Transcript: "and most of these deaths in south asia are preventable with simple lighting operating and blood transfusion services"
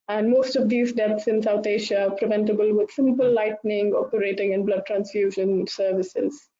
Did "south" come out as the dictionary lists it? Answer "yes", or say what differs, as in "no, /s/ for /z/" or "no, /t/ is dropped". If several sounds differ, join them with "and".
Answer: no, /t/ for /θ/